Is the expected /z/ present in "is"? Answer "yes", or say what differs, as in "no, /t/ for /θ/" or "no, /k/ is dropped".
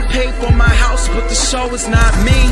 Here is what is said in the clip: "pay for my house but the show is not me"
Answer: yes